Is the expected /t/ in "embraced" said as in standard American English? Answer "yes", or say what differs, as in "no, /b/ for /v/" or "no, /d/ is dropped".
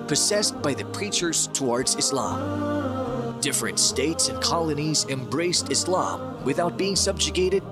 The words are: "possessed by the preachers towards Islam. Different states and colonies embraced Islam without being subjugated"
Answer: yes